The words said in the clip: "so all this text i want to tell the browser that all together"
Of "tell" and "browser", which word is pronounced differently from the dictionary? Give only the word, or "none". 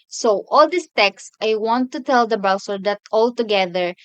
browser